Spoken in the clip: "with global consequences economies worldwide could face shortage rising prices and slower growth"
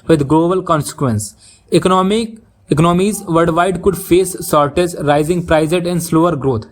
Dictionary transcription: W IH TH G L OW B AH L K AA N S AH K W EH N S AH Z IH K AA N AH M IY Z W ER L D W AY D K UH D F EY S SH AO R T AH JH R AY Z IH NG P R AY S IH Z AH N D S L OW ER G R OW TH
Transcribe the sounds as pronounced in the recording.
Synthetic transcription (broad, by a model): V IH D G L OW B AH L K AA N S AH K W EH N S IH K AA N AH M IY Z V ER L D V AY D K UH D F EY S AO R T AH Z R AY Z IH NG P R AY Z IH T AH N D S L OW ER G R OW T